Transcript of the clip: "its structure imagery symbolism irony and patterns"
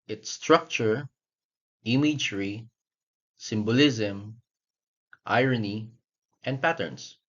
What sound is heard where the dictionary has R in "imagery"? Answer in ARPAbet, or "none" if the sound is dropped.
R